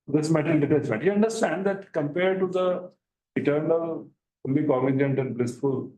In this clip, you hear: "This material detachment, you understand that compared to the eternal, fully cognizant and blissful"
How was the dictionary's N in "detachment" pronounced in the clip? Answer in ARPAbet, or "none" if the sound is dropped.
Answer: none